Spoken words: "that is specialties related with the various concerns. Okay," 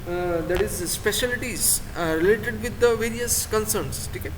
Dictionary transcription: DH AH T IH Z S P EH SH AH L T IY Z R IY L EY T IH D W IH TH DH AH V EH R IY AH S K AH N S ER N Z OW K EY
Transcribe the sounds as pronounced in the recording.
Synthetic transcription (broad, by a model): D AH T IH Z S P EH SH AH L T IY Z R IY L EY T IH D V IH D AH V EH R IY AH S K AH N S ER N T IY K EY